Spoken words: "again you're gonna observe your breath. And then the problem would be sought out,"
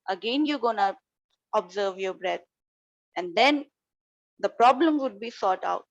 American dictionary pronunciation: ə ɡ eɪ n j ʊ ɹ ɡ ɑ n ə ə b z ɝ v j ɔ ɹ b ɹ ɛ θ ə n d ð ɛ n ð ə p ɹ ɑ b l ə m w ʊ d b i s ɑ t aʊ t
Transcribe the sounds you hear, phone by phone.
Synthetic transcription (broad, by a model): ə ɡ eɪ n j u ɡ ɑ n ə ə b z ɝ v j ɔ b ɹ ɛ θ ə n d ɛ n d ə p ɹ ɑ b l ə m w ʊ d b i s ɑ t aʊ t